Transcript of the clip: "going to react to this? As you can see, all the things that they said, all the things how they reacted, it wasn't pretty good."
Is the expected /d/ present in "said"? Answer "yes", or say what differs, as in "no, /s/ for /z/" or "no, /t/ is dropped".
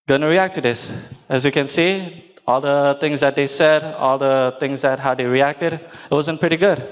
yes